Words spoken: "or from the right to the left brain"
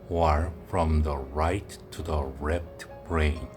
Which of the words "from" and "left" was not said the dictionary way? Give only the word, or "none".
left